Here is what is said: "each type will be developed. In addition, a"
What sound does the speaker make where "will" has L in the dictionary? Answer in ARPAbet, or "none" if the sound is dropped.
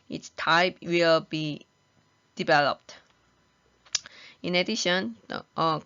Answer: L